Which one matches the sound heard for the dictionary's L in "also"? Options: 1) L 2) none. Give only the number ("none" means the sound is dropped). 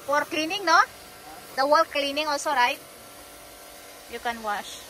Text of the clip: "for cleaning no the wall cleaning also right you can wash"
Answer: 1